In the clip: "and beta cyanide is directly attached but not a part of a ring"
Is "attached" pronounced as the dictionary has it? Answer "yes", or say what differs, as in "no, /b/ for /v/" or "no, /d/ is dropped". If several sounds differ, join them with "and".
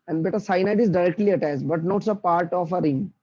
no, /s/ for /tʃ/